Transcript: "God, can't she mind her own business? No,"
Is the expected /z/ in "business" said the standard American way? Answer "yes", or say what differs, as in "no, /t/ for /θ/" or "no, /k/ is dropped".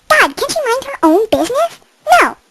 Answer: yes